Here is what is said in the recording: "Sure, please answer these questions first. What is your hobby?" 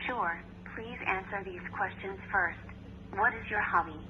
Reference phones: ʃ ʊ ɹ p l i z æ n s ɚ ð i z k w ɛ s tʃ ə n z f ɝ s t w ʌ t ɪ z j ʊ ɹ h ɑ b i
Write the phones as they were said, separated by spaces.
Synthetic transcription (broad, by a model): ʃ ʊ ɹ p l i z æ n s ɚ ð i z k w ɛ s tʃ ə n z f ɝ s t w ʌ t ɪ z j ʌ ɹ h ɑ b i